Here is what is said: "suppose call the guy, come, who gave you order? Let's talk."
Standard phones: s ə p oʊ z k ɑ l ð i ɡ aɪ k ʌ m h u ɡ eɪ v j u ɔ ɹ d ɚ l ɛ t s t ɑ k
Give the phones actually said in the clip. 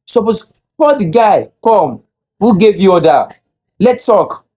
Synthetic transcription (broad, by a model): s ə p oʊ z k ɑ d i ɡ aɪ k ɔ m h u ɡ eɪ v j u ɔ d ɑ l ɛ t t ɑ k